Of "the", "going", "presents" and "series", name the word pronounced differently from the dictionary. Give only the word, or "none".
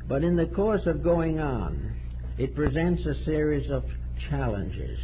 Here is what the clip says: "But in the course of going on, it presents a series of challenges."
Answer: none